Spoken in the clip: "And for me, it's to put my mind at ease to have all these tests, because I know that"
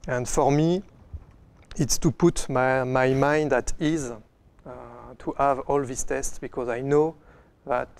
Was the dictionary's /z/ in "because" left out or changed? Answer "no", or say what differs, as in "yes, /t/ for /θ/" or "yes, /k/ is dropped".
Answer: no